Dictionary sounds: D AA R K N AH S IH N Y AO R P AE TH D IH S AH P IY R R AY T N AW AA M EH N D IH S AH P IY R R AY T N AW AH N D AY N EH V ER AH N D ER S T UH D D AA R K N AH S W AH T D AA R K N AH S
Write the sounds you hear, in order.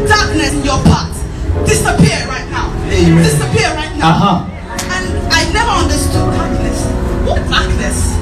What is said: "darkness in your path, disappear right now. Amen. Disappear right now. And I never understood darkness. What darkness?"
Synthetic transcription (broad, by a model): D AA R K N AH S IH N Y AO P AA T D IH S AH P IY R R AY T N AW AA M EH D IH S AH P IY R R AY T N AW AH N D AY N EH V ER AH N D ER S T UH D D AA R K N AH S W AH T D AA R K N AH S